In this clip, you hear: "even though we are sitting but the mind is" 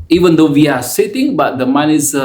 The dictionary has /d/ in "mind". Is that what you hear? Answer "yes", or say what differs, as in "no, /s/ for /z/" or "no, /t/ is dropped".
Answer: no, /d/ is dropped